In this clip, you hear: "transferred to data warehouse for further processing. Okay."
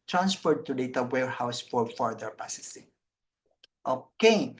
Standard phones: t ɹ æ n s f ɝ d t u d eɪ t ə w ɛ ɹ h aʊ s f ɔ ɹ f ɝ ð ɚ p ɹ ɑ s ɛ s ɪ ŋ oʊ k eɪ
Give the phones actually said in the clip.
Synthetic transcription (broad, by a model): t ɹ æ n s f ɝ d t u d eɪ t ə w ɛ ɹ h aʊ s f ɔ ɹ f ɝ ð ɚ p ɑ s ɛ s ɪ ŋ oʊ k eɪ